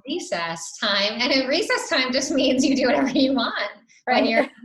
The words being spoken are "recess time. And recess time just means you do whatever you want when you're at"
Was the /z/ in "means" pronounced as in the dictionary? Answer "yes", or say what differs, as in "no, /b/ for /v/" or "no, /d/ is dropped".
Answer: yes